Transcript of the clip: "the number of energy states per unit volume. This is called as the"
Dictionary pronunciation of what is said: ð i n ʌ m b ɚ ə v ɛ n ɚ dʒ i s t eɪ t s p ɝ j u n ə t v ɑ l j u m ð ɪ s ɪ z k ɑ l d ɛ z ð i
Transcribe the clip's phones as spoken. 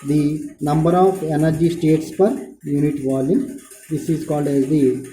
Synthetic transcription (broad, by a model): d i n ʌ m b ɚ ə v ɛ n ɚ dʒ i s t eɪ t s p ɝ j u n ə t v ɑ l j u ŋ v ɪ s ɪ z k ɑ l d ɛ z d i